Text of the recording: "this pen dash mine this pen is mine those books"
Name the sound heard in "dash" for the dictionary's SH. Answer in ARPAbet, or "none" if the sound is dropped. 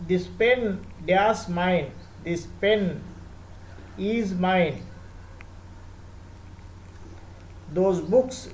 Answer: S